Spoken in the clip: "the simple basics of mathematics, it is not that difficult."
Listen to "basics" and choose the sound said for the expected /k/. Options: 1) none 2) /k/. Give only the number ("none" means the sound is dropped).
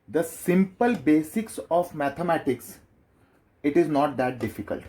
2